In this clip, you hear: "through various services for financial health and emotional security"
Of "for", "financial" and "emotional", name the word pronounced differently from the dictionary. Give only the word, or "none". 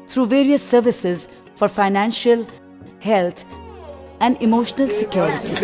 none